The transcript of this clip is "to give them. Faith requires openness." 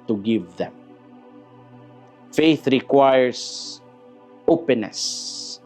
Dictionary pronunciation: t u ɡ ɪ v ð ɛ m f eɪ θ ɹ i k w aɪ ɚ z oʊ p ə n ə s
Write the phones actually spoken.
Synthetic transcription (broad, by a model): t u ɡ ɪ v ð ɛ m f eɪ θ ɹ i k w aɪ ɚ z oʊ p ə n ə s